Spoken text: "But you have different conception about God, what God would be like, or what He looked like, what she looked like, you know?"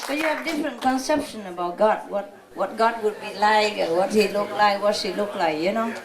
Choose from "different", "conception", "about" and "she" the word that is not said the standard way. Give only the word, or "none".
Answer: she